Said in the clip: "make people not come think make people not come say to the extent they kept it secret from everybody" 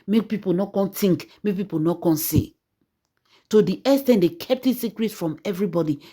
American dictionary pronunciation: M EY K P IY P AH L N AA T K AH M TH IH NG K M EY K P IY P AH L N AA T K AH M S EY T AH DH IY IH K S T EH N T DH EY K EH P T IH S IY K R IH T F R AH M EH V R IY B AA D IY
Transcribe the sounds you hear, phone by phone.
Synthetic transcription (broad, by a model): M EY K P IY P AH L N AA T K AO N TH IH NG K M EY K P IY P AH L N AA T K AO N S EY T AH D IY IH S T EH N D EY K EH P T IH S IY K R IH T F R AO M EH V R IY B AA D IY